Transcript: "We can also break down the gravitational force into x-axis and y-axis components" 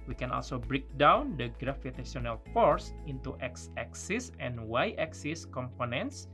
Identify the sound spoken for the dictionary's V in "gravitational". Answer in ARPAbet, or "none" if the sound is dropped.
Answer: F